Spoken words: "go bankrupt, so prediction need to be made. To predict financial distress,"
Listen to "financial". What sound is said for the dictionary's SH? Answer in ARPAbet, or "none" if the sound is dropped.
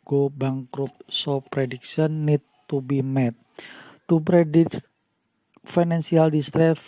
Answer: S